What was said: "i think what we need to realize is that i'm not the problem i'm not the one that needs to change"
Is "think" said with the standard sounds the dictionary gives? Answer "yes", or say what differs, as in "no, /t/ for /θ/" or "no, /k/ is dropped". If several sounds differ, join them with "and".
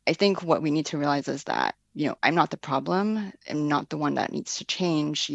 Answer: yes